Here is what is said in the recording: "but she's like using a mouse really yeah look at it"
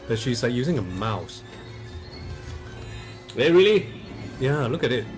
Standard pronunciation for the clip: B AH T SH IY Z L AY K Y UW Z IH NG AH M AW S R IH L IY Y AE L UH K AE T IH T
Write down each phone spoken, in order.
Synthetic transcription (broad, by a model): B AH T SH IY Z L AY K Y UW Z IH NG AH M AW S R IH L IY Y AE L UH K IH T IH T